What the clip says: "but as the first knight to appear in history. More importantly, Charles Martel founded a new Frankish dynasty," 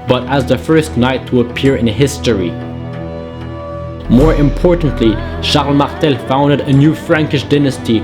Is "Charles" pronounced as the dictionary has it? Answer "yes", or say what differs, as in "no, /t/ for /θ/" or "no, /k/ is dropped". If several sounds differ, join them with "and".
no, /ʃ/ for /tʃ/ and /z/ is dropped